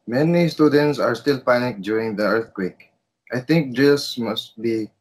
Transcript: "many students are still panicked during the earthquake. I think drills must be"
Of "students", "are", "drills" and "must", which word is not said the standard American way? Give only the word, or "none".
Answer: drills